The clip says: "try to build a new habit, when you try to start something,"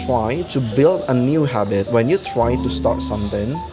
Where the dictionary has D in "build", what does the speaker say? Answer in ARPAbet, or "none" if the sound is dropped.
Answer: D